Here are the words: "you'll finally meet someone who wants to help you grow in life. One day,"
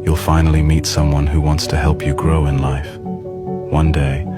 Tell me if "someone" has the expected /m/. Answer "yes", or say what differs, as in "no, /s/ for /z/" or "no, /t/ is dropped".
yes